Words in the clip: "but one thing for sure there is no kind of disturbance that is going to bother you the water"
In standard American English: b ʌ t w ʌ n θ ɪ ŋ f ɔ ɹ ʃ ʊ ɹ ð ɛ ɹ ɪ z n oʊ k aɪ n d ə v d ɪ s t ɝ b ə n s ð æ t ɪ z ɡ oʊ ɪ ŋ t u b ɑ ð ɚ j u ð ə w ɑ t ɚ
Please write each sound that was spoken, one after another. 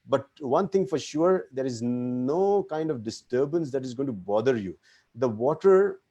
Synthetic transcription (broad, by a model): b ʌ t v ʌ n t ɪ ŋ f ɔ ɹ ʃ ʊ ɹ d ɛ ɹ ɪ z n oʊ k aɪ n d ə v d ɪ s t ɝ b ə n s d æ t ɪ z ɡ oʊ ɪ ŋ t u b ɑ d ɚ j u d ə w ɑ t ɚ